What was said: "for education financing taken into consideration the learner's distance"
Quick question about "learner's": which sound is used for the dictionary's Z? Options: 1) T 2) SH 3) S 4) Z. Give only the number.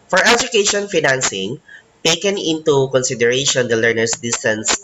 3